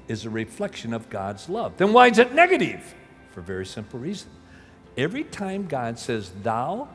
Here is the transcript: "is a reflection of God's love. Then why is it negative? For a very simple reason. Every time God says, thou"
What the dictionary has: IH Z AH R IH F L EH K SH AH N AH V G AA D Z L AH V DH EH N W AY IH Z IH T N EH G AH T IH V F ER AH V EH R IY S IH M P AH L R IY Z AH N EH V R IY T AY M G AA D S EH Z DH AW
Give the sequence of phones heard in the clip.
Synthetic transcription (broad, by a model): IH Z AH R IH F L EH K SH AH N AH V G AA D Z L AH V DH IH N W AY IH Z IH T N EH G AH T IH V F ER V EH R IY S IH M P L R IY Z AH N EH V R IY T AY M G AA D S EH Z DH AW